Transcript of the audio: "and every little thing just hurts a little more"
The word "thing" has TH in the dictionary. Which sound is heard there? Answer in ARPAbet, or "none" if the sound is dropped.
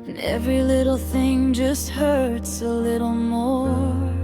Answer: TH